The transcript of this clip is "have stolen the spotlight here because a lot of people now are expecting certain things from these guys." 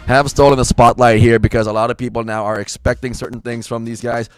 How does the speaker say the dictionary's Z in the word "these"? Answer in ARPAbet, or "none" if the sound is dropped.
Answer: Z